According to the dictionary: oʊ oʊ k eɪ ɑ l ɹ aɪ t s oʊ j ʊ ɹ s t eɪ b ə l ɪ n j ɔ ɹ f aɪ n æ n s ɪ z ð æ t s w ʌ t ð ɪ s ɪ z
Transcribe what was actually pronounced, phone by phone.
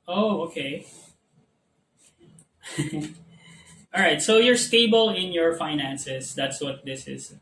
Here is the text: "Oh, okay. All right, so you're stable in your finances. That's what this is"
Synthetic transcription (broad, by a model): oʊ oʊ k eɪ ɑ l ɹ aɪ t s oʊ j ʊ ɹ s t eɪ b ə l ɪ n j ɔ ɹ f aɪ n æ n s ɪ s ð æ t s w ʌ t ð ɪ s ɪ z